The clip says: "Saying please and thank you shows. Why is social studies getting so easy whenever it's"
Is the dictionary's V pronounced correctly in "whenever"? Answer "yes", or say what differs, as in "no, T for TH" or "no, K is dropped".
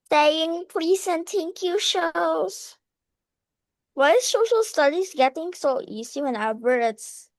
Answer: no, B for V